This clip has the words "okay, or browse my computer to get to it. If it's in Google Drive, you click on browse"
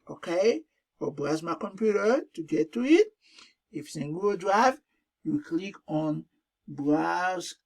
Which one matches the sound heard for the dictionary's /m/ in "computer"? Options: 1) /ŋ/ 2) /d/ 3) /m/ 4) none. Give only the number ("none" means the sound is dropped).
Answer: 3